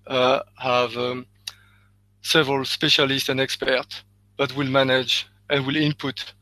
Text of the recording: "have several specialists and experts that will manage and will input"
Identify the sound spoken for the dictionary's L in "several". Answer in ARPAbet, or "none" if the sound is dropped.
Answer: L